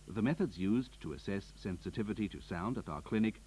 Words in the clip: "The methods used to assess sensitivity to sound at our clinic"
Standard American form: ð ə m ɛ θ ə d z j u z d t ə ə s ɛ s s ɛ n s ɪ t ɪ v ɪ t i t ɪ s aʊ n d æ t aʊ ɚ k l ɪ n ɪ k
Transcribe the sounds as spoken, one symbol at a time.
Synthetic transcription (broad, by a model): ð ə m ɛ θ ə d z j u z t ə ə s ɛ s s ɛ n s ɪ t ɪ v ɪ t i t ɪ s aʊ n d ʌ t aʊ ɚ k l ɪ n ɪ k